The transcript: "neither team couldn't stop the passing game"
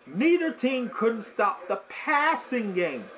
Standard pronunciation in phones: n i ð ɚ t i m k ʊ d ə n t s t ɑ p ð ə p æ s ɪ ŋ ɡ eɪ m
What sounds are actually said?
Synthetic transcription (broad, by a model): n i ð ɚ t i m k ʊ d n t s t ɑ p ð ə p æ s ɪ ŋ ɡ eɪ m